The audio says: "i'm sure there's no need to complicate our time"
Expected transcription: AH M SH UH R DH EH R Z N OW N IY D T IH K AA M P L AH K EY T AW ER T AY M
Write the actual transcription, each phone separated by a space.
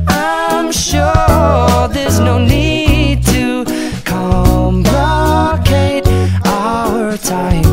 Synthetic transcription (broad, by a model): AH M SH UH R DH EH R Z N OW N IY D T IH K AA M B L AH K EY T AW ER T AY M